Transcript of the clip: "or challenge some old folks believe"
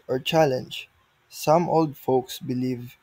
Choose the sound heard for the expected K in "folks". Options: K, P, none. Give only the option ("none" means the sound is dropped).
K